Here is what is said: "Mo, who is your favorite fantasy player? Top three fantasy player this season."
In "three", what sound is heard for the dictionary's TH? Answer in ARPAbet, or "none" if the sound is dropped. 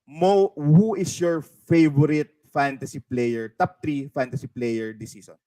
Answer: T